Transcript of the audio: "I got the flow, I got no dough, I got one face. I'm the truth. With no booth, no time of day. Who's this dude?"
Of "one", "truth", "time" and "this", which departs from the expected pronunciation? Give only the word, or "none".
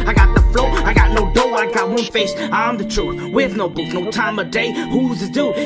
this